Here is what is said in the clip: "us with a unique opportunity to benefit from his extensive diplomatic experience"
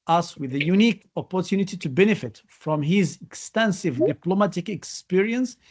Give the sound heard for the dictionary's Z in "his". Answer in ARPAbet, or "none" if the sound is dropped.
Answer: Z